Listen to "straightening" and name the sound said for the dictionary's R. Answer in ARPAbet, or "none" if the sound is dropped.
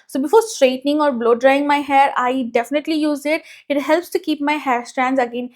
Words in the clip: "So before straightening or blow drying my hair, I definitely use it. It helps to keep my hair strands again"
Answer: R